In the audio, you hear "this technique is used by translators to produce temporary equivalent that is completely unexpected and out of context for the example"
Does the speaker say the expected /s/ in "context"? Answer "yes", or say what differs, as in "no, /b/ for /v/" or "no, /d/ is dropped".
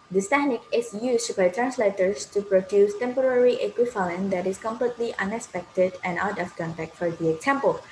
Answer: no, /s/ is dropped